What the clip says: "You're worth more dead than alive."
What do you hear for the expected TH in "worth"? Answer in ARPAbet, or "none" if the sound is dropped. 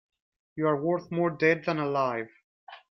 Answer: TH